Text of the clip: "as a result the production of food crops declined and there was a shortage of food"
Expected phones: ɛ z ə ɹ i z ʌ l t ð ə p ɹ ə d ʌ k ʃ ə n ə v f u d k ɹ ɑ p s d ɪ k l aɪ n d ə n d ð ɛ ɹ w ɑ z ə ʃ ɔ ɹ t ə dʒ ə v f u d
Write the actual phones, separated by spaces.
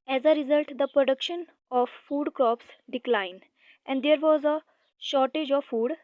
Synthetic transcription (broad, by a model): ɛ z ə ɹ i z ʌ l t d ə p ɹ ə d ʌ k ʃ ə n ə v f u d k ɹ ɑ p s d ɪ k l aɪ n d ə n d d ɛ ɹ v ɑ z ə ʃ ɔ ɹ t ə dʒ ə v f u d